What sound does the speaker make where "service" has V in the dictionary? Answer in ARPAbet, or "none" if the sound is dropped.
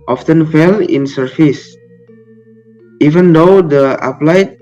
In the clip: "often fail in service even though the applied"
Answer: F